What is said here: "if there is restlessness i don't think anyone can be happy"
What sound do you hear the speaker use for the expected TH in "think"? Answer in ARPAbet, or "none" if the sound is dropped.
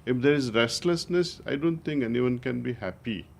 T